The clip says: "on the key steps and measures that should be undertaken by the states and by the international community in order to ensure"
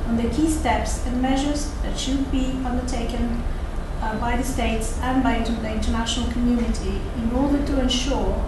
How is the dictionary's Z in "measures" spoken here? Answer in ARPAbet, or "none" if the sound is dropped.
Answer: Z